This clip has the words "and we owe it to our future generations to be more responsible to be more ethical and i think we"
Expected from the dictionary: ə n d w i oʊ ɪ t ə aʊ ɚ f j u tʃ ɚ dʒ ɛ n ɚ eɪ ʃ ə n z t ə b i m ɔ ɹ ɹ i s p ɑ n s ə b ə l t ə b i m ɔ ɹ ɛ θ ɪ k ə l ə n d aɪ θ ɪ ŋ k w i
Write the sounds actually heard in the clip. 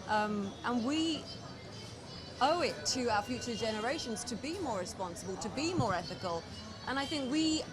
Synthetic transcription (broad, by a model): ə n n w i oʊ ɪ t ə aʊ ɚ f j u tʃ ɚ dʒ ɛ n ɚ eɪ ʃ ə n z t ə b i m ɔ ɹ ɹ i s p ɑ n s ə b ə l t ə b i m ɔ ɹ ɛ θ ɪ k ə l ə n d aɪ θ ɪ ŋ k w i